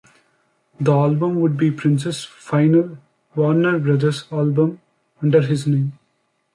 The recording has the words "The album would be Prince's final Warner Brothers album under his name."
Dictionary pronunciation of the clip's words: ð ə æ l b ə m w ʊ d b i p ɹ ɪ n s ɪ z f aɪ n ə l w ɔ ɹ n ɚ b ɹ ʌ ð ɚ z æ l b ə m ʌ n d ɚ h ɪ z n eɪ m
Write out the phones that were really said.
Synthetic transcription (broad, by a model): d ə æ l b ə m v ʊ d b i p ɹ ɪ n s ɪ s f aɪ n ə l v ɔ ɹ n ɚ b ɹ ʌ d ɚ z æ l b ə m ʌ n d ɚ h ɪ z n eɪ m